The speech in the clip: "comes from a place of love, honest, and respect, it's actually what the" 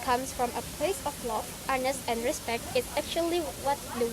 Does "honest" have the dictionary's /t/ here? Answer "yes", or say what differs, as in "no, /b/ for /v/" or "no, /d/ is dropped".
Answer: yes